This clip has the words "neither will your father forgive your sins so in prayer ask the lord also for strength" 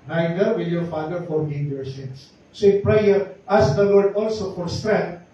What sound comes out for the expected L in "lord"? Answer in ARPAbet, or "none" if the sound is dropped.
W